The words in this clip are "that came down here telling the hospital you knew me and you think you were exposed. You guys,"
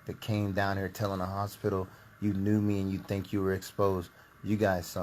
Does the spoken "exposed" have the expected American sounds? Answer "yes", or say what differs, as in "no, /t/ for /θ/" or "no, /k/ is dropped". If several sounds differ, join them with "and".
yes